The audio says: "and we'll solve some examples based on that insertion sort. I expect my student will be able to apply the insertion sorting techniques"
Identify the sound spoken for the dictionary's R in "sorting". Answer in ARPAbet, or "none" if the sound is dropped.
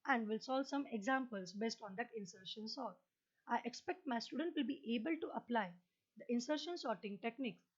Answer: R